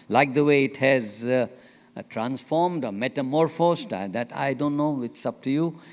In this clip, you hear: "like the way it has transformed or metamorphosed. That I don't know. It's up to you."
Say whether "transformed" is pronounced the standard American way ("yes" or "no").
yes